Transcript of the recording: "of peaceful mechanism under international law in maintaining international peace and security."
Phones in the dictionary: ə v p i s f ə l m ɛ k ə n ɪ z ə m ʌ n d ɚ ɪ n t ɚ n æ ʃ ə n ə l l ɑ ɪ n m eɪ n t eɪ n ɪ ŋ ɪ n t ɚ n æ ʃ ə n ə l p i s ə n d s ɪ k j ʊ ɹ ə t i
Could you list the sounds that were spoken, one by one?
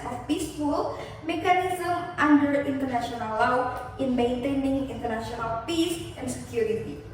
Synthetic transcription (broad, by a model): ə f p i s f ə l m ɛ k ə n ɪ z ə m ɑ n d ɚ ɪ n t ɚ n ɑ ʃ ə n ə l l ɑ ɪ n m eɪ n t eɪ n ɪ ŋ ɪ n t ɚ n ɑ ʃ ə n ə l p i s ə n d s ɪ k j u ɹ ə t i